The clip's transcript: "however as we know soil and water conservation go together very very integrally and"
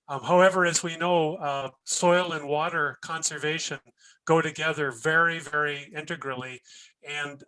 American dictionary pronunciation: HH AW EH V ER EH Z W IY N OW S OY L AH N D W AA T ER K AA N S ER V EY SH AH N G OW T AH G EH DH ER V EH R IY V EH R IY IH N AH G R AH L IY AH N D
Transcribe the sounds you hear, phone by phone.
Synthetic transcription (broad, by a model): HH AW EH V ER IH Z W IY N OW S OY L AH N W AA T ER K AA N S ER V EY SH AH N G OW T AH G EH DH ER V EH R IY V EH R IY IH N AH G R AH L IY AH N